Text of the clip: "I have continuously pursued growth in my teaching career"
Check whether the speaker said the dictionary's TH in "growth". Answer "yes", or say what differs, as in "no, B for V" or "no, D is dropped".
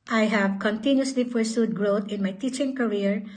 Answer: no, T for TH